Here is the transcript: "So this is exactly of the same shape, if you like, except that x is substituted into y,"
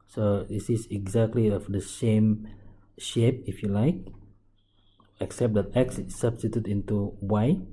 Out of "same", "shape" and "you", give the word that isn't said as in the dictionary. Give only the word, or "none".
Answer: none